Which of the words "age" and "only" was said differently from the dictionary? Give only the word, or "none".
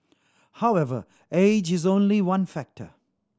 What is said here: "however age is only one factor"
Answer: none